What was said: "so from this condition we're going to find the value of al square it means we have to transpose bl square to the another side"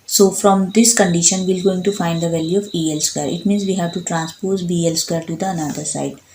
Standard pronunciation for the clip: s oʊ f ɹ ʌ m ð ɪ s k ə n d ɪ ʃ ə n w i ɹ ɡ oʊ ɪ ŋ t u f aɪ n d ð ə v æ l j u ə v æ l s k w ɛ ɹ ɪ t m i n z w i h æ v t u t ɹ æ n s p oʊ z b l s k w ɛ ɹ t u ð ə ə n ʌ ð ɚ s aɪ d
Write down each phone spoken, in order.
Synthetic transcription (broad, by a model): s oʊ f ɹ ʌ m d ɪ s k ə n d ɪ ʃ ə n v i l ɡ oʊ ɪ ŋ t u f aɪ n d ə v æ l j u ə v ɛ l s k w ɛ ɹ ɪ t m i n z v i h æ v t u t ɹ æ n s p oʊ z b l s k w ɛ ɹ t u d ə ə n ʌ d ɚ s aɪ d